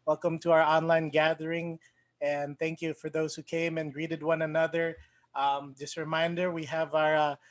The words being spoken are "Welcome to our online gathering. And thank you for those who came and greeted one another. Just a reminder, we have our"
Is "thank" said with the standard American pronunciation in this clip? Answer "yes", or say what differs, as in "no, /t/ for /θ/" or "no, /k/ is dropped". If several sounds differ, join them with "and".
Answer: yes